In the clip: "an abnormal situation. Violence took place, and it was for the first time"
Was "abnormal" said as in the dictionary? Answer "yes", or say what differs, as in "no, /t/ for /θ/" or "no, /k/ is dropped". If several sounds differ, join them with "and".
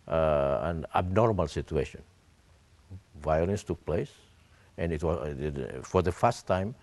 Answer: yes